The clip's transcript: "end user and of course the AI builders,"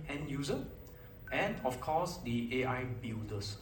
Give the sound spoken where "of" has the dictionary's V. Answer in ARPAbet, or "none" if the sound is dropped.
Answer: F